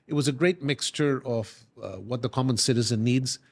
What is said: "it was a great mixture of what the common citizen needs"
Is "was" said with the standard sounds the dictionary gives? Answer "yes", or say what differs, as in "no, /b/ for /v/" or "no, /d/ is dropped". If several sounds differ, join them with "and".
yes